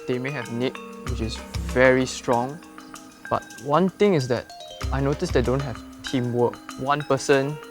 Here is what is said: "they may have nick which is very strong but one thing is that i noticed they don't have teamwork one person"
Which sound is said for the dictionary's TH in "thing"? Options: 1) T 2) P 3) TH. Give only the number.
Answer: 1